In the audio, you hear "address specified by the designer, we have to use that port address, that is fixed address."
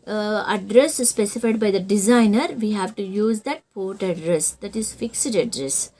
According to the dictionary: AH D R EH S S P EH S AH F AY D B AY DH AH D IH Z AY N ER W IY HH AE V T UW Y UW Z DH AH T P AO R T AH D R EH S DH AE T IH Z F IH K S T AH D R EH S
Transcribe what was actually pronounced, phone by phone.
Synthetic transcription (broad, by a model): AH D R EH S S P EH S AH F AY D B AY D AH D IH Z AY N ER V IY HH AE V T UW Y UW Z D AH T P AO R T AH D R EH S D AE T IH Z F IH K S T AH D R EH S